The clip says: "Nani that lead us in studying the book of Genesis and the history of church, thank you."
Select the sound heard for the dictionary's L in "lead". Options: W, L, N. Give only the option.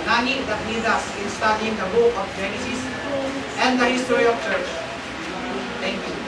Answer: N